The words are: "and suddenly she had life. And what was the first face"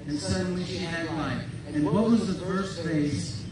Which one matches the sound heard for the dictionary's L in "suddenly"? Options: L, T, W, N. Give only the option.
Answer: W